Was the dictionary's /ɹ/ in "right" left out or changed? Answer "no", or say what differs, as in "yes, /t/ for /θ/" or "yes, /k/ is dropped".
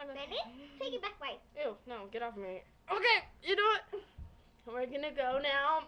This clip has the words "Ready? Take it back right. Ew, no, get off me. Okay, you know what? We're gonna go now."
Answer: yes, /w/ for /ɹ/